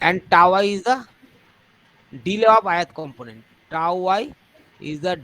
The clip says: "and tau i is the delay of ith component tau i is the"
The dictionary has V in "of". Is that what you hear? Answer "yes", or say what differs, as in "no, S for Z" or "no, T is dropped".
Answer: no, P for V